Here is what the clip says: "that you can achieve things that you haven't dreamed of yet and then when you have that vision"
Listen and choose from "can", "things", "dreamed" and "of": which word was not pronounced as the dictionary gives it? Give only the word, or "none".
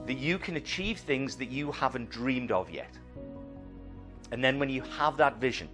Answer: none